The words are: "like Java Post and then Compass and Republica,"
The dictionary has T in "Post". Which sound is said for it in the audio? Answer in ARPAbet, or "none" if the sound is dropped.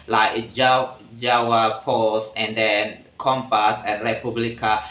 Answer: none